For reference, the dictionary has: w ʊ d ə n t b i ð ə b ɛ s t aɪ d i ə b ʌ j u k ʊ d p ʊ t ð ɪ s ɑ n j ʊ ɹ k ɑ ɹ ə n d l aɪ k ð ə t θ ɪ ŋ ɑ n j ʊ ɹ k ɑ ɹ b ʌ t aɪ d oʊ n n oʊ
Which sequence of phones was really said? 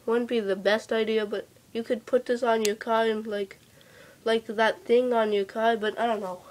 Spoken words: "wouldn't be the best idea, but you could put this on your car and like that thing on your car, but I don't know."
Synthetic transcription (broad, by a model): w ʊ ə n b i ð ə b ɛ s t aɪ d i ə b ʌ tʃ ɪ k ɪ d p ʊ t ð ɪ s n j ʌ ɹ k ɑ ɹ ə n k l aɪ k ð ə t θ ɪ ŋ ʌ n j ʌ ɹ k ɑ ɹ b ʌ t aɪ d oʊ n n oʊ